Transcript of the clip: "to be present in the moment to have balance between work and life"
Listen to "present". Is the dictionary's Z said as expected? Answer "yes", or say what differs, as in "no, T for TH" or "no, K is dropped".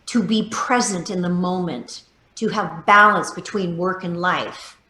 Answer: yes